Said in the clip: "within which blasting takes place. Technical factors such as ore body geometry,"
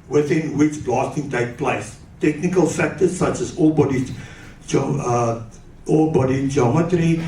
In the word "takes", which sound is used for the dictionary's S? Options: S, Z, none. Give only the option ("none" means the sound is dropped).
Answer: none